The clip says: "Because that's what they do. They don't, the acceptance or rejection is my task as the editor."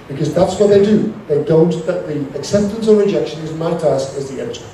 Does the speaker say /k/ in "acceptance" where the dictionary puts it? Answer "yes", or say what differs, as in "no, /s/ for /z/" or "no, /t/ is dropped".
yes